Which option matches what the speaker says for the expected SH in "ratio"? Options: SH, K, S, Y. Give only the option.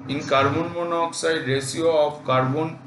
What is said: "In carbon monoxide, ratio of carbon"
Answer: S